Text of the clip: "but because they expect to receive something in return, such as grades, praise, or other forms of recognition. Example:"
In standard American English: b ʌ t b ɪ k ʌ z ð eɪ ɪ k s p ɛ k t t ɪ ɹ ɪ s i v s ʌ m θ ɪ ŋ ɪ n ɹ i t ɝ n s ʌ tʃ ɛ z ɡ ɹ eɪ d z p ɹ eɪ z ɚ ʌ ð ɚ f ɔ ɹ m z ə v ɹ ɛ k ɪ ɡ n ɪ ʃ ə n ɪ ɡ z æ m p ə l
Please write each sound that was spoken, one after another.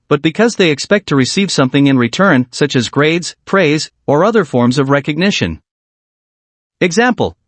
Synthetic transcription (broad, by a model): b ʌ t b ɪ k ʌ z ð eɪ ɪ k s p ɛ k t t ɪ ɹ ɪ s i v s ʌ m θ ɪ ŋ ɪ n ɹ i t ɝ n s ʌ tʃ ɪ z ɡ ɹ eɪ d z p ɹ eɪ z ɚ ʌ ð ɚ f ɔ ɹ m z ə v ɹ ɛ k ɪ ɡ n ɪ ʃ ə n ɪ ɡ z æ m p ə l